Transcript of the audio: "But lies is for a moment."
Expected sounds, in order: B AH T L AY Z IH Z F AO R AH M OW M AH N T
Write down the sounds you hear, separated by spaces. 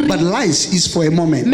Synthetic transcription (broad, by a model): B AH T L AY S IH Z F AO R AH M OW M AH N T